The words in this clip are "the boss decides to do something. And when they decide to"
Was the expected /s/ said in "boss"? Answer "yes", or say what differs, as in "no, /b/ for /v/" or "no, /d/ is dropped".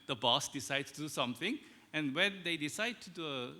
yes